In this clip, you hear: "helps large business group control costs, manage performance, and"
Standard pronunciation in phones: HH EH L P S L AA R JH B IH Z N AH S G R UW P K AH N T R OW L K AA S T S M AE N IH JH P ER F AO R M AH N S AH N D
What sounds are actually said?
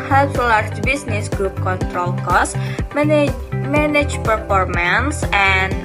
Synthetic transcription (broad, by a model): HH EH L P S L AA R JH B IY S N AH S G R UW P K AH N T R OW L K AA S S M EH N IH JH P ER F AO R M AH N S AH N